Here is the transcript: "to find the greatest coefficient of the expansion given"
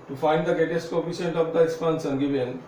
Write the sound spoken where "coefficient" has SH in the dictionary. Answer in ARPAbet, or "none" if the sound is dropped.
S